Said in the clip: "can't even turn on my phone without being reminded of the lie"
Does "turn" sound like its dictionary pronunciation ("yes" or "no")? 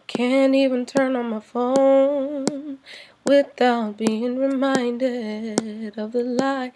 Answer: yes